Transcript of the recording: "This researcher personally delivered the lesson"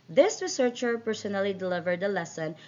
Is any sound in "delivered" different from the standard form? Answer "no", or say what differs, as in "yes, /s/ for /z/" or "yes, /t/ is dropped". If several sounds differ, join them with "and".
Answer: no